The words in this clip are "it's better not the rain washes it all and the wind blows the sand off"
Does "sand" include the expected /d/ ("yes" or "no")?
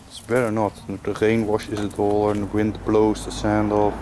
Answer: yes